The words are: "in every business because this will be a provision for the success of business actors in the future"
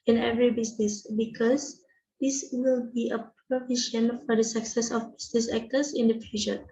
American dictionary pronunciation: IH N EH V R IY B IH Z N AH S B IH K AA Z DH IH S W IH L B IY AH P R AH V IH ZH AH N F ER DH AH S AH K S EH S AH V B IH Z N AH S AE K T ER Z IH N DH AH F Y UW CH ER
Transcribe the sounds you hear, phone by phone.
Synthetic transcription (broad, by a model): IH N EH V R IY B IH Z N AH S B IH K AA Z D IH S W IH L B IY AH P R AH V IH SH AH N F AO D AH S AH K S EH S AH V B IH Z N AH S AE K T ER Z IH N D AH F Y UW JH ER